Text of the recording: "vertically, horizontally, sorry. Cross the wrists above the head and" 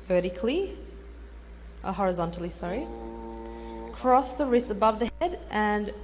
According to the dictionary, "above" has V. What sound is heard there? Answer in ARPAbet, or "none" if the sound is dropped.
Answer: V